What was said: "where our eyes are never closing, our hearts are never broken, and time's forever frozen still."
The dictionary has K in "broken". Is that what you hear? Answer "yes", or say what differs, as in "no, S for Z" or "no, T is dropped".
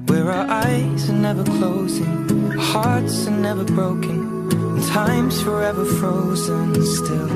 no, K is dropped